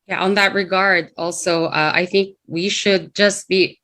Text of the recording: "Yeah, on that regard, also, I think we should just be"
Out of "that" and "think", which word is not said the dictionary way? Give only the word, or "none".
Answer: none